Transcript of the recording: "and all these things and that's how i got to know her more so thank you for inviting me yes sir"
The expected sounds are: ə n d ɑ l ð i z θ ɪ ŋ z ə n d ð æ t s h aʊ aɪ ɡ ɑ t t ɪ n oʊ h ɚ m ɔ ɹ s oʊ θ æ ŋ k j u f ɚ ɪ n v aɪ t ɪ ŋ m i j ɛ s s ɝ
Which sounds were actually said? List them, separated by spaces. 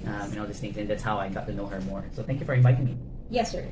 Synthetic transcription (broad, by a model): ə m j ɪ n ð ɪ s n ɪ z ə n ð æ t s h aʊ aɪ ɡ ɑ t t ɪ n oʊ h ɚ m ɔ ɹ s oʊ θ æ ŋ k j u f ɚ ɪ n v aɪ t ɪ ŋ m i j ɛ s s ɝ